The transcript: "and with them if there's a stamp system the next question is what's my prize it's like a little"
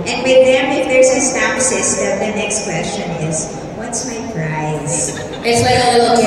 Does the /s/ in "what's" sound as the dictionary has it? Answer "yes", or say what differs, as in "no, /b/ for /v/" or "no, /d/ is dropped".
yes